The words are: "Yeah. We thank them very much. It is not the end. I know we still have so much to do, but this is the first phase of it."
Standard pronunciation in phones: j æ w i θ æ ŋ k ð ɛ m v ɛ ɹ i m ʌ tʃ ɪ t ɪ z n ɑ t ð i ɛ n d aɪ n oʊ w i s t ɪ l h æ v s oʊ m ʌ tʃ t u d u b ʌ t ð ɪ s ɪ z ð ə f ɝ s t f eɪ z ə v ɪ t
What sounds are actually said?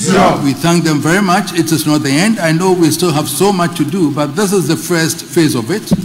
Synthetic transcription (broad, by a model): w i θ æ ŋ k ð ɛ m v ɛ ɹ i m ʌ tʃ ɪ t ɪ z n ɑ t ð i ɛ n d aɪ n oʊ w i s t ɪ l h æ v s oʊ m ʌ tʃ t u d u b ʌ t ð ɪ s ɪ z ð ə f ɝ s t f eɪ z ə v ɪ t